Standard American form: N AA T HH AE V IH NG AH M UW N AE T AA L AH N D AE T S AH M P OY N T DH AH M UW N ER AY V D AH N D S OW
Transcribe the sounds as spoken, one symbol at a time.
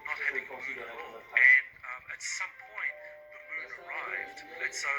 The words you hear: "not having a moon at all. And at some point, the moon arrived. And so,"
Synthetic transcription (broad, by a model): N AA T HH AE V IH NG AH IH N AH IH T S AH M P OY N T DH AH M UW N ER AY V D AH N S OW